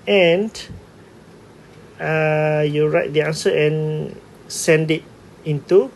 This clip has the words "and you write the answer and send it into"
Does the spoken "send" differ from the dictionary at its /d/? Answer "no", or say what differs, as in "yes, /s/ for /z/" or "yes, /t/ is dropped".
no